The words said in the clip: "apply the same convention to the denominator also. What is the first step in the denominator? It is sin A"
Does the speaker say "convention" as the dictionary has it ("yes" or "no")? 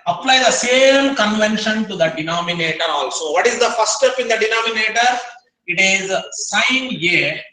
yes